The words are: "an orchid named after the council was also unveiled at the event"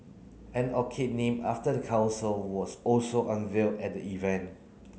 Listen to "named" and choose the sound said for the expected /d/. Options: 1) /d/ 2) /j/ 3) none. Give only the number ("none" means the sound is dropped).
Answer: 3